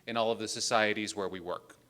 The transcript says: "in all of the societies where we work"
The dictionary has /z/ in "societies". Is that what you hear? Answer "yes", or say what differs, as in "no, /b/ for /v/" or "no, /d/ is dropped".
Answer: yes